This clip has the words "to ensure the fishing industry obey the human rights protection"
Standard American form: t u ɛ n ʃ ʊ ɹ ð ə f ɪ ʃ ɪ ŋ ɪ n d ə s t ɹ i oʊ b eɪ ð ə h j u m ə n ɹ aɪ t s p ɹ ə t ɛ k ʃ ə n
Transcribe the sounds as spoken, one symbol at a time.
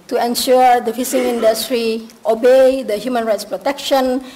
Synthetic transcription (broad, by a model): t u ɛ n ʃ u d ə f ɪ s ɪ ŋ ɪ n d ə s t ɹ i oʊ b eɪ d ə h j u m ə n ɹ aɪ t s p ɹ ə t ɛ k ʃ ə n